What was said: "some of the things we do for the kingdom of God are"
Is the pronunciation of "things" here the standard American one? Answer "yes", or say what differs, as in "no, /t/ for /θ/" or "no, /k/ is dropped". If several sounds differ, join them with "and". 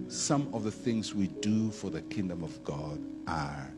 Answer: yes